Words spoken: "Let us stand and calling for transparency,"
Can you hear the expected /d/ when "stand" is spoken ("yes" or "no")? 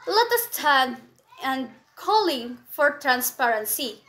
no